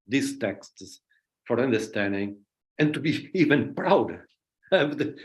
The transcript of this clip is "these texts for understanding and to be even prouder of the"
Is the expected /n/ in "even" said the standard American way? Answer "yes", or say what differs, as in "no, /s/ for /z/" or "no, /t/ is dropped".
yes